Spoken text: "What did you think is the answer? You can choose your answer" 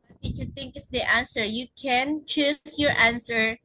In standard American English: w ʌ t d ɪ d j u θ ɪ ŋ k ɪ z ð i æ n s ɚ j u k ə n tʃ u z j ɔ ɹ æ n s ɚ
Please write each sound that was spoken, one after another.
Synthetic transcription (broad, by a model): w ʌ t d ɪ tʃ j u t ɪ ŋ k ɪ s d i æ n s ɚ j u k ə n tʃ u s j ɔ ɹ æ n s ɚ